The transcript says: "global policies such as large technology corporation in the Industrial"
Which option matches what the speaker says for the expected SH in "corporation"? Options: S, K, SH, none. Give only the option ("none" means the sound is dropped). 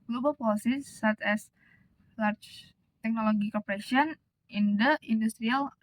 none